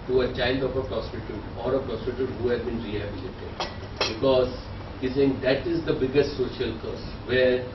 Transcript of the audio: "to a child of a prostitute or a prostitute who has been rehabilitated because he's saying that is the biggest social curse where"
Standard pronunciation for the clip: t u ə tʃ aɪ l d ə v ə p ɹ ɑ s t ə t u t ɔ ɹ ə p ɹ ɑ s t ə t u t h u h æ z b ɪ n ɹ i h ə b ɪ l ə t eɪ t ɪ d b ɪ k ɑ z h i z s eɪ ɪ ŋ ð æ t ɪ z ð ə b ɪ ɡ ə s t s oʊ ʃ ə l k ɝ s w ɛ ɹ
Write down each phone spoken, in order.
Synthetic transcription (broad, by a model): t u ə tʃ aɪ n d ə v ə p ɹ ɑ s t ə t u t ɔ ɹ ə p ɹ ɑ s t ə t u t h u h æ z b ɪ n ɹ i h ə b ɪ l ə t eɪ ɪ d b ɪ k ɑ z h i s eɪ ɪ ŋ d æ t ɪ z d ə b ɪ ɡ ə s t s oʊ ʃ ə l k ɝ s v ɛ ɹ